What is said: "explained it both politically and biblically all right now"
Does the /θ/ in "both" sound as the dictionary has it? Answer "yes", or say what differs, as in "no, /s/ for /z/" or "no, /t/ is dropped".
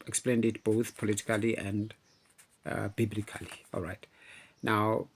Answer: yes